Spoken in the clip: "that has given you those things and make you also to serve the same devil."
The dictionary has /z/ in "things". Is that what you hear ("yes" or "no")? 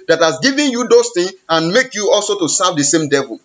no